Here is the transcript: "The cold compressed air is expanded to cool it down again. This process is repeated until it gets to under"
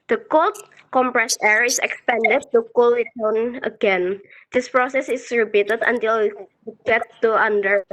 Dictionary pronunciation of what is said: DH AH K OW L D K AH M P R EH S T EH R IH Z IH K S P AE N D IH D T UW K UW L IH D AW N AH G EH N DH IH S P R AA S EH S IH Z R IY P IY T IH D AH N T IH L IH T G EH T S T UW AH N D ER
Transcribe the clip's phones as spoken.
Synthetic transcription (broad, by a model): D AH K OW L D K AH M P R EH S EH R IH S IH K S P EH N D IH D T UW K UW L IH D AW N AH G EH N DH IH S P R AA S EH S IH S R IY B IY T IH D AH N T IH L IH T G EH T T UW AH N D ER